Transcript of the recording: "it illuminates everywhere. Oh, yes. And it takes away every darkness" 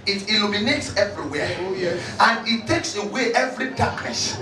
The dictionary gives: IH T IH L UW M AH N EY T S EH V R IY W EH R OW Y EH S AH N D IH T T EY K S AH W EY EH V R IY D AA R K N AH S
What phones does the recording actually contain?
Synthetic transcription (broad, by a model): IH T IH L UW M AH N EY T S EH V R IY W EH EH AH N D IH T T EY K S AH W EY EH V R IY D AA K N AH S